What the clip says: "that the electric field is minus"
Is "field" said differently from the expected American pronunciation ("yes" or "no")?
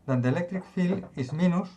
yes